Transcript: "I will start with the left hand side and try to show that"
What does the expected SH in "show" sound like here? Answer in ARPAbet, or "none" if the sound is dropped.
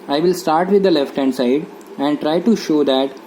SH